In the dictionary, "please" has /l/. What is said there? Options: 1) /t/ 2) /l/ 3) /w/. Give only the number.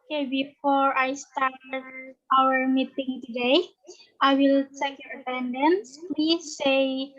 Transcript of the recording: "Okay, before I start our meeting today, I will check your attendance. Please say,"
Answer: 3